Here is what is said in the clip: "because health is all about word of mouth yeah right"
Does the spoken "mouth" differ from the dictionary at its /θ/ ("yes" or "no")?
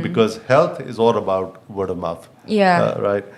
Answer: yes